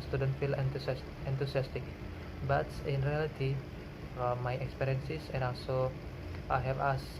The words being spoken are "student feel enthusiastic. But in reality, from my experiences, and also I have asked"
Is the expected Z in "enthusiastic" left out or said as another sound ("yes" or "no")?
yes